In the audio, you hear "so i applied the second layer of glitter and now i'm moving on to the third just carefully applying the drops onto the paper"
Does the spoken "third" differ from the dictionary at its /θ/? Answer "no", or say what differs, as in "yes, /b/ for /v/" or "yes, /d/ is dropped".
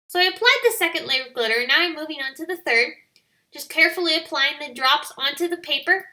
no